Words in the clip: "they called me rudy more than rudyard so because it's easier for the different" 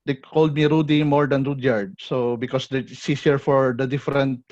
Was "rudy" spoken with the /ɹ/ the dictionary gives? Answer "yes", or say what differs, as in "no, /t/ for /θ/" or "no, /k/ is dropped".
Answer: yes